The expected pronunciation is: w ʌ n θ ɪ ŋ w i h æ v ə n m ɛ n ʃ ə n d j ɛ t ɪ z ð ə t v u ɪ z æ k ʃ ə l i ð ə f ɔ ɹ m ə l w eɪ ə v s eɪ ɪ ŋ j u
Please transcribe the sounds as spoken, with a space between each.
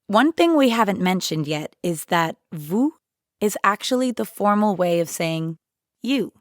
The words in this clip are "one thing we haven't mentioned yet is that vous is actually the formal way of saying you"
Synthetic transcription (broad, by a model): w ʌ n θ ɪ ŋ w i h æ v ə n m ɛ n ʃ ə n d j ɛ t ɪ z ð ə t v u ɪ z æ k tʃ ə l i ð ə f ɔ ɹ m l w eɪ ə v s eɪ ɪ ŋ j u